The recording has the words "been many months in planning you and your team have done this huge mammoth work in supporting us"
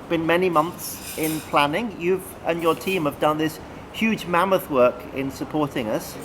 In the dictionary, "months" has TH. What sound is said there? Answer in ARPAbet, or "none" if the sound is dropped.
TH